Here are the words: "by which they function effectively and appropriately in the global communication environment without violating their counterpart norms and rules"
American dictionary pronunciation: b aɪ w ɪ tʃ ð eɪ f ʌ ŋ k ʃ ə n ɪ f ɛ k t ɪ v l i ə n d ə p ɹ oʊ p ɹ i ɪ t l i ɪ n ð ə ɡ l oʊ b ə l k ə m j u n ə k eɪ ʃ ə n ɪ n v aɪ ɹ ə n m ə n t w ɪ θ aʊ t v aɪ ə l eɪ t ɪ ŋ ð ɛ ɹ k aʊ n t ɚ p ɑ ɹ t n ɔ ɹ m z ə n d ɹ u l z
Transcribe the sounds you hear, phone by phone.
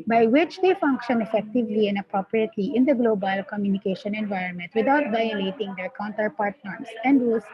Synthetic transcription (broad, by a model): b aɪ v ɪ tʃ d eɪ f ʌ ŋ k ʃ ə n ɪ f ɛ k t ɪ v l i ə n d ə p ɹ oʊ p ɹ i ɪ t l i ɪ n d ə ɡ l oʊ b ə l k ə m j u n ə k eɪ ʃ ə n ɪ n v aɪ ɹ ə n m ə n t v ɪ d aʊ t v aɪ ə l eɪ t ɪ ŋ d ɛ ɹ k aʊ n t ɚ p ɑ ɹ t n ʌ ɹ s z ə n d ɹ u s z